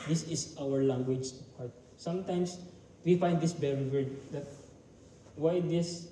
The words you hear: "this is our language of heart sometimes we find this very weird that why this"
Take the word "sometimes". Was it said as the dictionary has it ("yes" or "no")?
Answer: no